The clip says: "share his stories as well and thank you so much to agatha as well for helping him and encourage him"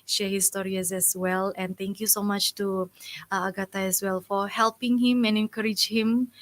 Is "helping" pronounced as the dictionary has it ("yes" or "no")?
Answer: yes